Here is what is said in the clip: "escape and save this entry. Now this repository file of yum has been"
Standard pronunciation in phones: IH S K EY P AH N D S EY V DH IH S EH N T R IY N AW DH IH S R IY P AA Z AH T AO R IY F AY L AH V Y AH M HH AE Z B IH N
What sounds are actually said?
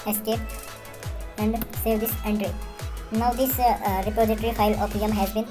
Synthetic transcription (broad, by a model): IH S K EY P AH N D S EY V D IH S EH N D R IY N AW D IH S R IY P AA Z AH T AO R IY F AY L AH P Y AH M HH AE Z B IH N